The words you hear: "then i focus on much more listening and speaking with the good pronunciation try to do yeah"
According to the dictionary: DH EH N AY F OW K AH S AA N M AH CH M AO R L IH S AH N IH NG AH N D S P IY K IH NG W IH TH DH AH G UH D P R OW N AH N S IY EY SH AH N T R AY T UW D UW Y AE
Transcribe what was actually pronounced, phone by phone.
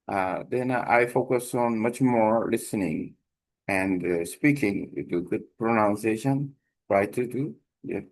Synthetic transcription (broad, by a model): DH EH N AY F OW K AH S AA N M AH CH M AO R L IH S AH N IH NG AH N D S P IY K IH NG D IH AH G UH D P R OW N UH N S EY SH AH N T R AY T UW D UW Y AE